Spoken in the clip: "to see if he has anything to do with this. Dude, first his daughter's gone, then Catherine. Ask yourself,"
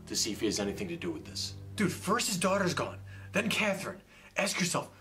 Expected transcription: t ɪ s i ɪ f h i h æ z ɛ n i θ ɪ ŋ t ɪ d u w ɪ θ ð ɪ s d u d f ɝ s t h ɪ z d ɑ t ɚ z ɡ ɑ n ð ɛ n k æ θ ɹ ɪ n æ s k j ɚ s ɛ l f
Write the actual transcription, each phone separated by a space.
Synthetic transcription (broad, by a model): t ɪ s i ɪ f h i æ z ɛ n i θ ɪ ŋ t ɪ d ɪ w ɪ ð ɪ s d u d f ɝ s t h ɪ z d ɑ t ɚ z ɡ ɑ n ð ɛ n k æ θ ɹ ɪ n æ s k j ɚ s ɛ l f